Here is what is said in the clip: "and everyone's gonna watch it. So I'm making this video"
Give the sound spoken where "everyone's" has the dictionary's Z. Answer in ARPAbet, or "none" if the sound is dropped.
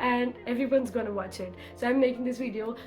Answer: Z